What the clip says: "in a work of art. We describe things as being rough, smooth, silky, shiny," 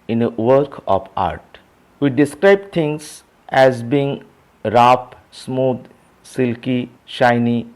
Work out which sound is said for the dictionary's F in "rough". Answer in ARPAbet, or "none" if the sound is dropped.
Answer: P